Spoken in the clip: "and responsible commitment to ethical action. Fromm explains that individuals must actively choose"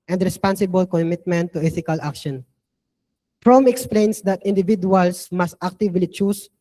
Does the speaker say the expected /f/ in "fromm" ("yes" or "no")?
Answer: no